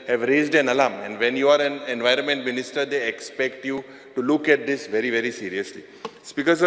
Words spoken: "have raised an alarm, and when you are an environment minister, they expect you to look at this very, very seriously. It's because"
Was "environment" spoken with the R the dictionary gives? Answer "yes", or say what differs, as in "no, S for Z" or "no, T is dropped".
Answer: yes